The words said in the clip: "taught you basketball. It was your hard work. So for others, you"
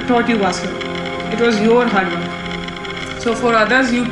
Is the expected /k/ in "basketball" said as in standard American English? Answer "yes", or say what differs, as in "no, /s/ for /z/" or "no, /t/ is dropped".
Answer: no, /k/ is dropped